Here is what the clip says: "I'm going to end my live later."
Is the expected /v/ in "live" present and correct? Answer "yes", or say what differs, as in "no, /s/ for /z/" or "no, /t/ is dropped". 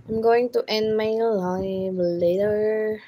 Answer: no, /b/ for /v/